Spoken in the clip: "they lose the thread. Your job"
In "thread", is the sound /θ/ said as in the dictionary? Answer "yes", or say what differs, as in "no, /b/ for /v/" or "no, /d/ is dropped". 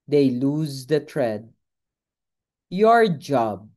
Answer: no, /t/ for /θ/